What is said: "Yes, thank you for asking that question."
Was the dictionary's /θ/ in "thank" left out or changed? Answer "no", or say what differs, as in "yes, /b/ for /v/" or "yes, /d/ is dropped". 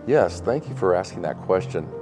no